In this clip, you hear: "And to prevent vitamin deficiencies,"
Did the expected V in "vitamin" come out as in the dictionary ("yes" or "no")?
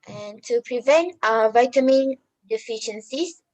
yes